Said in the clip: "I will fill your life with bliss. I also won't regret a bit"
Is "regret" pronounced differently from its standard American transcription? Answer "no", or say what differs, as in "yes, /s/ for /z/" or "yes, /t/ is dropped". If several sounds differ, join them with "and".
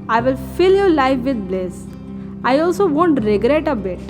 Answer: no